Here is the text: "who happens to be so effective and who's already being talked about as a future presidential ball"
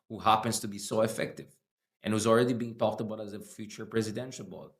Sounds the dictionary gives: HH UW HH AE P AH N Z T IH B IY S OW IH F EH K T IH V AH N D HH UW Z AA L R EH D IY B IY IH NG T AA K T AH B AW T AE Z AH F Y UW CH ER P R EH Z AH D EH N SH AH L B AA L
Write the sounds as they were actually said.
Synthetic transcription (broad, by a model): HH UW HH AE P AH N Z T IH B IY S OW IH F EH K T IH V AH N HH UW Z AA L R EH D IY B IY IH NG T AA K T AH B AW T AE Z AH F Y UW CH ER P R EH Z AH D EH N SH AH L B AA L